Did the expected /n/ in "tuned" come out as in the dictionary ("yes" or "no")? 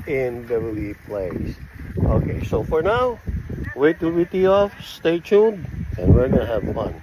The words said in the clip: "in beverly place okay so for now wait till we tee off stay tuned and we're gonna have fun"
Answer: no